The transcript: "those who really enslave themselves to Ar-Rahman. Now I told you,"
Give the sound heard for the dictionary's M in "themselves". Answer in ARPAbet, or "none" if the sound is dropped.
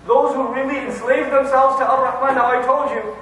M